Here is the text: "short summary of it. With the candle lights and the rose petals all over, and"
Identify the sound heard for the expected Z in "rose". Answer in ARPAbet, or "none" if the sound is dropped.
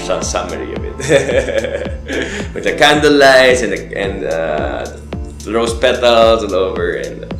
S